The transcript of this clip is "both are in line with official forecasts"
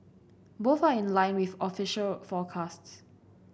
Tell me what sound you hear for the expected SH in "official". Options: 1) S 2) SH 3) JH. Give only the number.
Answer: 2